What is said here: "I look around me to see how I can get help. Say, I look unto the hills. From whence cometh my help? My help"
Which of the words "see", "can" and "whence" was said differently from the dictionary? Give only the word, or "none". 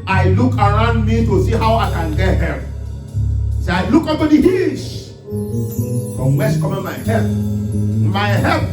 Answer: whence